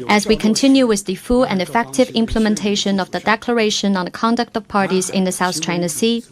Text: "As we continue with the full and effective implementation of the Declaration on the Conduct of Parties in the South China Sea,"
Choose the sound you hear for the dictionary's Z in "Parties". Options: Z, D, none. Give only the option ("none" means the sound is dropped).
Z